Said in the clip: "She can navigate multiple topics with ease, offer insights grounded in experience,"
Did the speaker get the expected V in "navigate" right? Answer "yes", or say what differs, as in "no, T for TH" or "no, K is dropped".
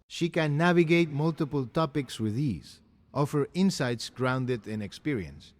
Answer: yes